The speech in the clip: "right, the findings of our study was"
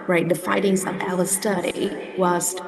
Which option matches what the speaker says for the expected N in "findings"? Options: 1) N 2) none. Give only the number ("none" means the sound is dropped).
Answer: 2